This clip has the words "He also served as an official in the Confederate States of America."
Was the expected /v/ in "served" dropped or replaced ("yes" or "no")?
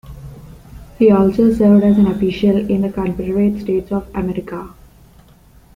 no